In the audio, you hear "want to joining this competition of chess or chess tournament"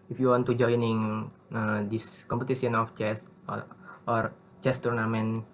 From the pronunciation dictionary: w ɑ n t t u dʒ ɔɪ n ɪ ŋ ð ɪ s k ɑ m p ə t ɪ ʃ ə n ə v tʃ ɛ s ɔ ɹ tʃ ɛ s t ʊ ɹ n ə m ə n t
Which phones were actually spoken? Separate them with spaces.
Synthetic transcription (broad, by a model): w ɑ n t t u dʒ ɔɪ n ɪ ŋ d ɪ s k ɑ m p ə t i s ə n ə f tʃ ɛ s ɔ ɹ tʃ ɛ s t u ɹ n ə m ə n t